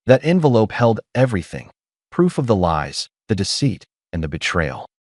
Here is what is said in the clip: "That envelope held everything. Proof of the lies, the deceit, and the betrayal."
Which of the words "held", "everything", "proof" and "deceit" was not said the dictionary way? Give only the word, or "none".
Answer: none